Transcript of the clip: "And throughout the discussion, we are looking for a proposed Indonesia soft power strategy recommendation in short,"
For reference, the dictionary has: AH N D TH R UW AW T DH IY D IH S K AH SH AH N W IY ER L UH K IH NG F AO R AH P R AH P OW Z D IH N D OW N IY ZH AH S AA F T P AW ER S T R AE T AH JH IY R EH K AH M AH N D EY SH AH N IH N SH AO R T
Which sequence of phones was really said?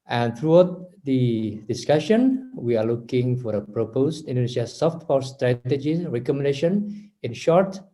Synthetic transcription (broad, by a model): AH N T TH R UW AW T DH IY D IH S K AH SH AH N W IY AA L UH K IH NG F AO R AH P R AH P OW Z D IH N D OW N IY SH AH S AA F T F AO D S T R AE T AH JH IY R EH K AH M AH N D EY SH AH N IH N SH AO R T